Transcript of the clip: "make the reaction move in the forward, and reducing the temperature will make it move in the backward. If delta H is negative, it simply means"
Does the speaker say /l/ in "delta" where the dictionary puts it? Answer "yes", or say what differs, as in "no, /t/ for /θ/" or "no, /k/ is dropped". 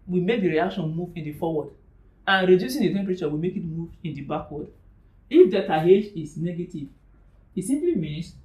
no, /l/ is dropped